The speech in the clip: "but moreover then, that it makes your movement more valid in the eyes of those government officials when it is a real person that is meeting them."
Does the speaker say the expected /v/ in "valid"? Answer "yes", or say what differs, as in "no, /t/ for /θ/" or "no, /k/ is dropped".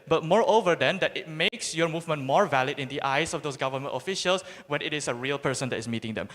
yes